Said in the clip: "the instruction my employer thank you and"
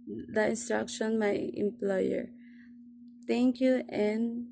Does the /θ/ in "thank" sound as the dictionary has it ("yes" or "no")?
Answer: no